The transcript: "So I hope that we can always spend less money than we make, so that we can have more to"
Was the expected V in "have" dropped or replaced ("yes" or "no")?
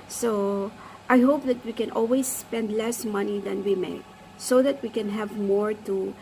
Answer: no